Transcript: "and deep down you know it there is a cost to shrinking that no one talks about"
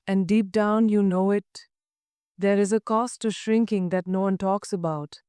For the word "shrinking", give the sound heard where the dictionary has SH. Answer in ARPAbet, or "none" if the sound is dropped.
SH